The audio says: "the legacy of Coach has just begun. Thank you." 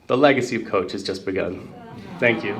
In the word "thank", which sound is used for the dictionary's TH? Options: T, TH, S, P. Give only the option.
TH